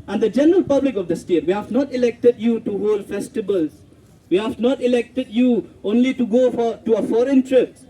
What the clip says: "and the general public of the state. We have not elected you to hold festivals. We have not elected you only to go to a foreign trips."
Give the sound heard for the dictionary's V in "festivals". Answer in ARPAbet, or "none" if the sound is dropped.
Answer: B